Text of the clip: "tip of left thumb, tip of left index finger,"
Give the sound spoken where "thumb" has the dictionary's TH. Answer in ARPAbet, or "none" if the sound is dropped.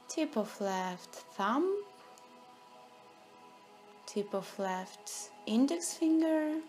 TH